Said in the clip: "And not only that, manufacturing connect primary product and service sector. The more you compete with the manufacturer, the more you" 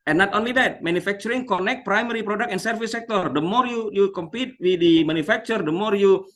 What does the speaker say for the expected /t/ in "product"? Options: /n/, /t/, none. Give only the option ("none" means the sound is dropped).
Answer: none